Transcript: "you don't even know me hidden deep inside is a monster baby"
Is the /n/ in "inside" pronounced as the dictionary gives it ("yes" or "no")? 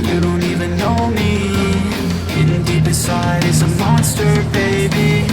no